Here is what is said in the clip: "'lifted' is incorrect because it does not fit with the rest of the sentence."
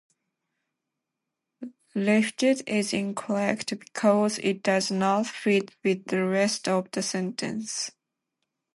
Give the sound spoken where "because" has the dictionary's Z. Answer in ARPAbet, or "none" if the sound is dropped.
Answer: Z